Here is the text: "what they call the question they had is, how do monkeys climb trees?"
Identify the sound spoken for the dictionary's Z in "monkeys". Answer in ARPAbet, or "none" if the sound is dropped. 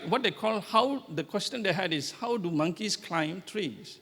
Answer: S